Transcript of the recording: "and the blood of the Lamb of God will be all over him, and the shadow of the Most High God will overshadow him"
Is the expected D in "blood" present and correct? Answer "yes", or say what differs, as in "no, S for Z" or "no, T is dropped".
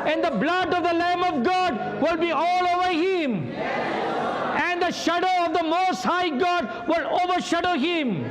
yes